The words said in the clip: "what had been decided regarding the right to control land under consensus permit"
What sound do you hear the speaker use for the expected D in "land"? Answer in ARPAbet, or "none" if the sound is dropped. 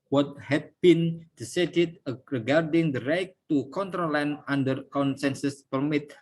none